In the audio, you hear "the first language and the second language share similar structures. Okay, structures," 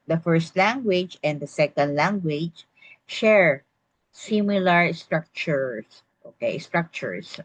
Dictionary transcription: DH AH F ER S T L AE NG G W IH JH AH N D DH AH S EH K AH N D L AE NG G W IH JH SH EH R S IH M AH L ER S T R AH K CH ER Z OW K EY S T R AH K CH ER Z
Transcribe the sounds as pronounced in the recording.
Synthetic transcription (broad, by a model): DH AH F ER S T L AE NG G W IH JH AH N D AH S EH K AH N D L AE NG G W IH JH SH EH R S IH M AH L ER S T R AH K CH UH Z OW K EY S T R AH K CH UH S